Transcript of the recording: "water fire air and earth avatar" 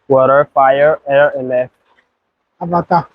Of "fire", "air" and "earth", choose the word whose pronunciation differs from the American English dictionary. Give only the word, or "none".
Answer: earth